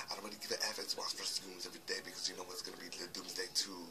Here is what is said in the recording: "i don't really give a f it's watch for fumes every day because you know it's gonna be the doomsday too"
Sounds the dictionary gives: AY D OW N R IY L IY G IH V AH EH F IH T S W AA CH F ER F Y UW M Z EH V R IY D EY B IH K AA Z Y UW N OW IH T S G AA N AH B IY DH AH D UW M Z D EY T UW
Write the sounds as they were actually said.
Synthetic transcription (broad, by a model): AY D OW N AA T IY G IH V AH EH F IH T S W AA S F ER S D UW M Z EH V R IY D EY B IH K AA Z Y UW N OW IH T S G AA N AH B IY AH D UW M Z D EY T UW